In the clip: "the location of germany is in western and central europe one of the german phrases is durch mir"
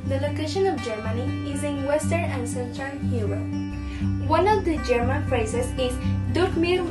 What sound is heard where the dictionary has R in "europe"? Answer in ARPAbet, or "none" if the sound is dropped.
W